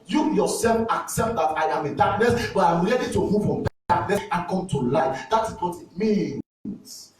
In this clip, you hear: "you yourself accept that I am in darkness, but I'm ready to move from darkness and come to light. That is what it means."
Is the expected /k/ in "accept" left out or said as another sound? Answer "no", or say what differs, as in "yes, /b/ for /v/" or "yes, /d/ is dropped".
no